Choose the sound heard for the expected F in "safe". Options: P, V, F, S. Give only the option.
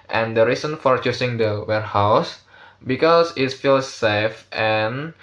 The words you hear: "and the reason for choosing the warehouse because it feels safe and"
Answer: F